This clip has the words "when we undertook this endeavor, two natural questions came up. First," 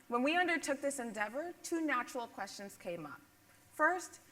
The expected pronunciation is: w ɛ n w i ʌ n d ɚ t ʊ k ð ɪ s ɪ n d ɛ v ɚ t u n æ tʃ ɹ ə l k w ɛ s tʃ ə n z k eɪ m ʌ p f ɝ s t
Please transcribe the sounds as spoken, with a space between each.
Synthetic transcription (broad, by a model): w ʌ n w i ʌ n d ɚ t ʊ k ð ɪ s ɪ n d ɛ v ɚ t u n æ tʃ ɹ l k w ɛ s tʃ ə n z k eɪ m ʌ p f ɝ s t